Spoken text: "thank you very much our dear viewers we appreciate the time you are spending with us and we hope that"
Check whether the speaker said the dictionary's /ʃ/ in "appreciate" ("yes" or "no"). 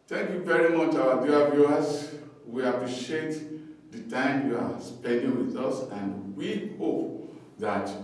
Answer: yes